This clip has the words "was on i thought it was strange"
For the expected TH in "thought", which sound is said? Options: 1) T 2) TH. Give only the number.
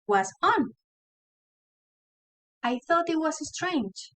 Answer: 2